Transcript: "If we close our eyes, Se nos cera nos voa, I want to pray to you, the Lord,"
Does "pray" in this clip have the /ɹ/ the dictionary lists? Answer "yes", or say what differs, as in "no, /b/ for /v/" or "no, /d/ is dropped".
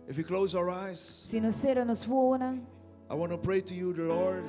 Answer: yes